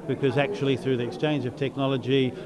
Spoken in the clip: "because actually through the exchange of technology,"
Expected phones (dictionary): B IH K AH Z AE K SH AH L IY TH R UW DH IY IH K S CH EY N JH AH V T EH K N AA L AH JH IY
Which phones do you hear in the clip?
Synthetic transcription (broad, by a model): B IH K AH Z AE K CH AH L IY TH R UW DH IY IH K S CH EY N JH AH V T EH K N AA L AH JH IY